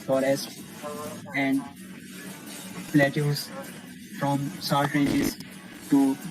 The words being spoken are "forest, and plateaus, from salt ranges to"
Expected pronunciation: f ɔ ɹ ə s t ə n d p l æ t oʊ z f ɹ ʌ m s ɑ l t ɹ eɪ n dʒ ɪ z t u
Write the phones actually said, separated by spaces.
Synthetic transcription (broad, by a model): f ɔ ɹ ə s t ə n d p l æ t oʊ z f ɹ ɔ m s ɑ t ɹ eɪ dʒ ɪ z t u